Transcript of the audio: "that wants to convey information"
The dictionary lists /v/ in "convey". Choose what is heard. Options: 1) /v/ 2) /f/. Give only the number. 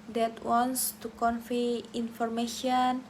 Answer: 2